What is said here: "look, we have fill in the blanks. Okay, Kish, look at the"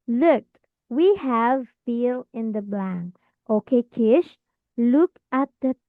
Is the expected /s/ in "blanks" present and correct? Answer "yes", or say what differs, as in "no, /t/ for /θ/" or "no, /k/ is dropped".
no, /s/ is dropped